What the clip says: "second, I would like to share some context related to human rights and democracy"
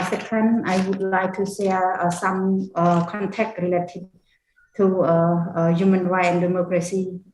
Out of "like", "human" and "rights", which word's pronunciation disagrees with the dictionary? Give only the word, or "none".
rights